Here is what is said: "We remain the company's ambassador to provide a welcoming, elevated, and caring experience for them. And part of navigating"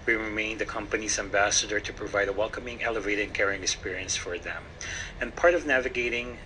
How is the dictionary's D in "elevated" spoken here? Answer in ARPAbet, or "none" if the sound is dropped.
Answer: none